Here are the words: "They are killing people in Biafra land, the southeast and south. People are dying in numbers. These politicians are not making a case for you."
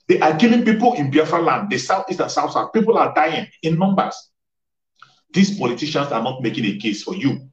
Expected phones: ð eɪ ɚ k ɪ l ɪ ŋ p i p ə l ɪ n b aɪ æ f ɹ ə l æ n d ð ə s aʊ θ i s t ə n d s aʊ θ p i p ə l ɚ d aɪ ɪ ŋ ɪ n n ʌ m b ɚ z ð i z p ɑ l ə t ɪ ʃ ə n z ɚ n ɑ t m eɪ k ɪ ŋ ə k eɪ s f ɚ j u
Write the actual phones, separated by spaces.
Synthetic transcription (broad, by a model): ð eɪ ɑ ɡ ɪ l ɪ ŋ p i p ə l ɪ n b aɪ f ə l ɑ n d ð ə s aʊ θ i s t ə n s aʊ s p i p ə l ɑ d aɪ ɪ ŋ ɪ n n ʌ m b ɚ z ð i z p ɑ l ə t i ʃ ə n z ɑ n ɑ t m eɪ k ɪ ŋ ə k eɪ s f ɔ j u